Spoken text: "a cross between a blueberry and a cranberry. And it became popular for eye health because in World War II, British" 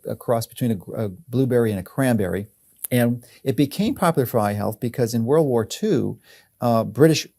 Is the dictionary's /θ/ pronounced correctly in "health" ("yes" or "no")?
yes